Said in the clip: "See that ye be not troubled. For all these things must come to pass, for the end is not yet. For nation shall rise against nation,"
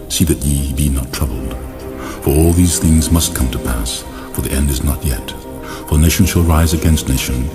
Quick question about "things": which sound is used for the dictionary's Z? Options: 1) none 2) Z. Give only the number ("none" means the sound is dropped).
2